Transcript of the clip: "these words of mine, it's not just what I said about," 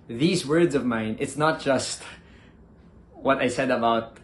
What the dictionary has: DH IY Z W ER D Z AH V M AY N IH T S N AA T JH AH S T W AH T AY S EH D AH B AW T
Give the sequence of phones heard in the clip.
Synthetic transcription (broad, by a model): DH IY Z W ER D Z AH V M AY N IH T S N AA T JH AH S T W AH T AY S EH D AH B AW T